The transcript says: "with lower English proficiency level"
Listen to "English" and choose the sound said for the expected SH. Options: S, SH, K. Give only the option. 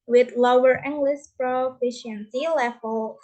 S